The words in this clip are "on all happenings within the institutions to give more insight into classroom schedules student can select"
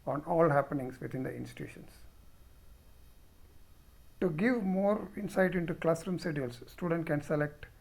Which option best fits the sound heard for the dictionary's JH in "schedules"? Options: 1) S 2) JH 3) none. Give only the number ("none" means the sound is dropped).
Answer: 3